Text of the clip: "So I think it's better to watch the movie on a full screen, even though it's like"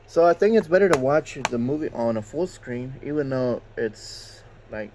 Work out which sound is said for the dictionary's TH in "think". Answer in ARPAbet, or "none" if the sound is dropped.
TH